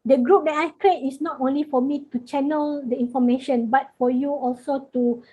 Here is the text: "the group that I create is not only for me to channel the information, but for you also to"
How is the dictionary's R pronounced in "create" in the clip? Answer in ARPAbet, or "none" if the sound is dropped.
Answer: R